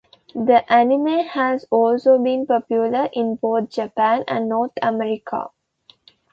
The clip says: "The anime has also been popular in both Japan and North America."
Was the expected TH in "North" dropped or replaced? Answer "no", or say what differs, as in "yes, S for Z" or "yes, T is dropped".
yes, T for TH